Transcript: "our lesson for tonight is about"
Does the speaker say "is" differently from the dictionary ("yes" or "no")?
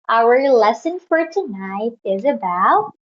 no